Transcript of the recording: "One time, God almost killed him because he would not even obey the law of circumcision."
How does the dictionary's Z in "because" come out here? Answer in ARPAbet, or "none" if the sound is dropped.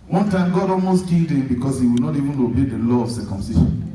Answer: S